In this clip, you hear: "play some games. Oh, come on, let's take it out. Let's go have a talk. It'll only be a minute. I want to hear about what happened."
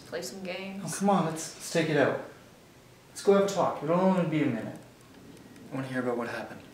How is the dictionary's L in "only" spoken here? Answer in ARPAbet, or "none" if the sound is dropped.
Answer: W